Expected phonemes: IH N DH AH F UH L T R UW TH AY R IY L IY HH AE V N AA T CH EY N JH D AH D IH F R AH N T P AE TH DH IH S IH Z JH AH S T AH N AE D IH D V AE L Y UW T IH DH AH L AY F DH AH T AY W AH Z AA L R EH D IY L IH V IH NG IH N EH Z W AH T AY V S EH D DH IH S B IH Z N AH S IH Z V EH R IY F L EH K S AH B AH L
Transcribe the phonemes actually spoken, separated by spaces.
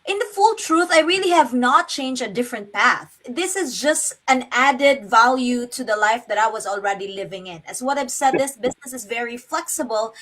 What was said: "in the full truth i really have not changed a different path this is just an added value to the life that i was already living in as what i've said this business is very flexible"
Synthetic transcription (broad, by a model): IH N DH AH F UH L T R UW TH AY R IY L IY HH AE V N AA T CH EY N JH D AH D IH F R AH N T P AE TH DH IH S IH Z JH AH S T AH N AE D IH D V AE L Y UW T IH DH AH L AY F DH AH T AY W AH Z AA L R EH D IY L IH V IH NG IH N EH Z W AH T AY V S EH D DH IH S B IH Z N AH S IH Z V EH R IY F L EH K S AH B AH L